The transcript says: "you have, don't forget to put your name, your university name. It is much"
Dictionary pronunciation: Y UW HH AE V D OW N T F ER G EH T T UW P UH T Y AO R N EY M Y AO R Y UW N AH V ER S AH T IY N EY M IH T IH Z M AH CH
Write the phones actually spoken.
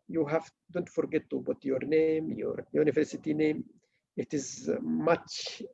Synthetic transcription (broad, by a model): Y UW HH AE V D OW N T F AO G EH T T UW B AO T Y AO R N EY M Y AO R Y UW N AH V ER S AH T IY N EY M IH T IH Z M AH CH